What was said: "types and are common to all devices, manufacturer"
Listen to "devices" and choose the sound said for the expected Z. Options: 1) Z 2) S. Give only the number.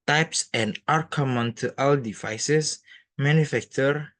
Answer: 2